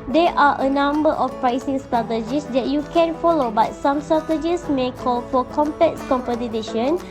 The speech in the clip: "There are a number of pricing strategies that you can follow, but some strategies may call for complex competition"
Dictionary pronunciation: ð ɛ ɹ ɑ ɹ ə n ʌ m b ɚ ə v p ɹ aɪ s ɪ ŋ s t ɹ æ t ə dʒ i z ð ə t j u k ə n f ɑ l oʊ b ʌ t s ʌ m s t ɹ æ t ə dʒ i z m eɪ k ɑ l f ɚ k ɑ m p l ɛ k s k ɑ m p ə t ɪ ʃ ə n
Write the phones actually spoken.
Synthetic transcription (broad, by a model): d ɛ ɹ ɑ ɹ ə n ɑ m b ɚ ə f p ɹ aɪ s ɪ ŋ s t ɹ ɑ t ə dʒ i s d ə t j u k ə n f ɑ l oʊ b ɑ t s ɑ m s t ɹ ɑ t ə dʒ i s m eɪ k ɑ l f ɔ k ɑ m p ɛ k s k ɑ m p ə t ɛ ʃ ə n